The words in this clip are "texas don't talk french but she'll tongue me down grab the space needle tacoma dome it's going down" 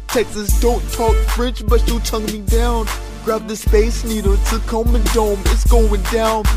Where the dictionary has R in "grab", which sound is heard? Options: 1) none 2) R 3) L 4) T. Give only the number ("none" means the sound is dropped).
2